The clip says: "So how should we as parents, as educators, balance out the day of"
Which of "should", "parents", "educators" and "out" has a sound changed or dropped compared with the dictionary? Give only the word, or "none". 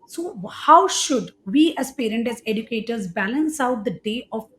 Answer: parents